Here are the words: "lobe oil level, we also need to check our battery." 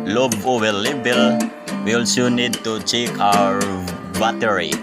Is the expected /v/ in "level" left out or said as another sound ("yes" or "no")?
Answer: yes